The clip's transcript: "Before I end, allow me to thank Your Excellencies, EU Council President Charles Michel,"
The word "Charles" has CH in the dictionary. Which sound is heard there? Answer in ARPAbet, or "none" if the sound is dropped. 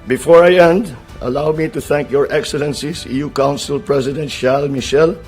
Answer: SH